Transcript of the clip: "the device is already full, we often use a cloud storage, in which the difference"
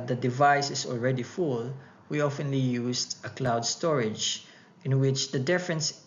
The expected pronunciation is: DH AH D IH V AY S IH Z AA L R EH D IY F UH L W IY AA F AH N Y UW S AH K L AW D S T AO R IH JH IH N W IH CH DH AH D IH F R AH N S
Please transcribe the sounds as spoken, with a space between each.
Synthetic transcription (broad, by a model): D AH D IH V AY S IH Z AA L R EH D IY F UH L W IY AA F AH N Y UW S AH K L AW D S T AO R IH JH IH N W IH CH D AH D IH F R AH N S